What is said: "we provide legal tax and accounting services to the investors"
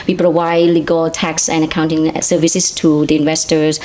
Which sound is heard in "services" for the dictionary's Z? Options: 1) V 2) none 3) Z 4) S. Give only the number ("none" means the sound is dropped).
4